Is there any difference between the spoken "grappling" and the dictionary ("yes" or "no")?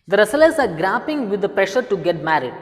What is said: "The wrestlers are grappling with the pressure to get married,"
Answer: yes